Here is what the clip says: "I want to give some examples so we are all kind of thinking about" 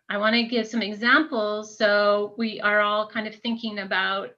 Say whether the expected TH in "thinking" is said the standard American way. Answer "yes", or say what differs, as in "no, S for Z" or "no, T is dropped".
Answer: yes